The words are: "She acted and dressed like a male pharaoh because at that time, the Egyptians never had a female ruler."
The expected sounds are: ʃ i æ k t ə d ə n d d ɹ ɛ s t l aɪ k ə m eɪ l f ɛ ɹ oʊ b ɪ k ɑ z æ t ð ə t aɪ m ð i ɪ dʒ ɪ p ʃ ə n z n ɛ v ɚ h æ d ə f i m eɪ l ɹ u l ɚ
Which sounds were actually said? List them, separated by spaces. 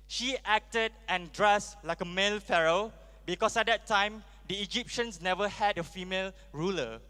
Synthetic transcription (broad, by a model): ʃ i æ k t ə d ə n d d ɹ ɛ s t l aɪ k ə m eɪ l f ɛ ɹ oʊ b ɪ k ɑ s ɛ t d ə t aɪ m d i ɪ dʒ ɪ p ʃ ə n s n ɛ v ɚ h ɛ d ə f i m eɪ l ɹ u l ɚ